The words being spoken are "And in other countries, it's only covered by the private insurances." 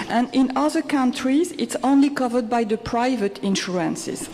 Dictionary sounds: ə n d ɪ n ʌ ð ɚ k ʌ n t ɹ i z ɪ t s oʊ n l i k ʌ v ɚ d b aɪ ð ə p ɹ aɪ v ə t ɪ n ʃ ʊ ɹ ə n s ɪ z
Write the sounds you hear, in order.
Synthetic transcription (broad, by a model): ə n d ɪ n ʌ ð ɚ k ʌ n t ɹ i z ɪ t s oʊ n l i k ʌ v ɚ d b aɪ ð ə p ɹ aɪ v ə t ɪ n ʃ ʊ ɹ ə n s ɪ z